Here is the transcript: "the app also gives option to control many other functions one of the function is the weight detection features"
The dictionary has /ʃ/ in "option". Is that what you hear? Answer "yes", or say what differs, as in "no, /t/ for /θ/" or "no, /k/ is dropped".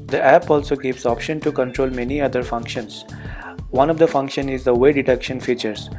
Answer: yes